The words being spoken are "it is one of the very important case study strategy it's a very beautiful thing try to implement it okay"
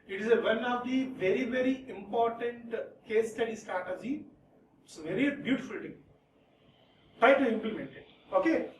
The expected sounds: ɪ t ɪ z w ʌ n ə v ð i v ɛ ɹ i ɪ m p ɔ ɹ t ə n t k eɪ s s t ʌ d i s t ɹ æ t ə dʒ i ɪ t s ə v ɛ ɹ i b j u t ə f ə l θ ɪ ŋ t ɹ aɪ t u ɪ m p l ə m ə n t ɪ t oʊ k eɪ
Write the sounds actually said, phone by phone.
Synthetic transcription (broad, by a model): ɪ t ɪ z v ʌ n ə v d i v ɛ ɹ i ɪ m p ɔ ɹ t ə n t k eɪ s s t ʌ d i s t ɑ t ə z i ɪ t s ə v ɛ ɹ i b j u t ə f ə l t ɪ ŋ t ɹ aɪ t u ɪ m p l ə m ə n t ɪ t oʊ k eɪ